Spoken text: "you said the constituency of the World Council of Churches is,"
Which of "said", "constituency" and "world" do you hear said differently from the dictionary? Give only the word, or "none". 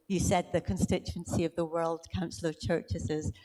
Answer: none